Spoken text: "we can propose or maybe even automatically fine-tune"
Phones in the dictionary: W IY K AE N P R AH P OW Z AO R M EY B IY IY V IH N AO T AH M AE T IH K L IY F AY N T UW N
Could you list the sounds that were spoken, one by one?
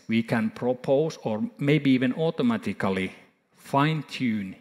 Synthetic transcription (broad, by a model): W IY K AE N P R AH P OW S AO R M EY B IY IY V IH N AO T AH M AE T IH K L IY F AY N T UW N